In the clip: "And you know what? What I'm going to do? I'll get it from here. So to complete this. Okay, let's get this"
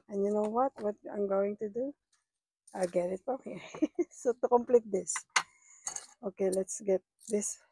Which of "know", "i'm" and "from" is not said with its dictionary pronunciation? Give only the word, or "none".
from